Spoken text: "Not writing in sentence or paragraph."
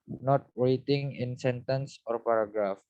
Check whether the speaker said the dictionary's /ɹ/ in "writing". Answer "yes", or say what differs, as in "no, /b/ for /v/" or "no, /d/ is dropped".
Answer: no, /w/ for /ɹ/